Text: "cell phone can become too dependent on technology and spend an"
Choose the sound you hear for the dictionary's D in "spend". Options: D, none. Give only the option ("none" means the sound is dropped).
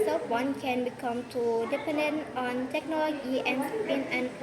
none